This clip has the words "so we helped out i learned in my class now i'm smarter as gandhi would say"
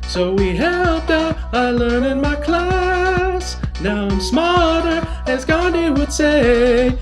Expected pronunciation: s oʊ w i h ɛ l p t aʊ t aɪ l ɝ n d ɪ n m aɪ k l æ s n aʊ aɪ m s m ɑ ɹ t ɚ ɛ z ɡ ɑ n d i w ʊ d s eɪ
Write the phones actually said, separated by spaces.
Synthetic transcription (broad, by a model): s oʊ w i h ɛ l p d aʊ aɪ l ɝ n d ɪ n m aɪ k l æ s n aʊ aɪ m s m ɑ l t ɚ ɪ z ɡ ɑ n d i w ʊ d s eɪ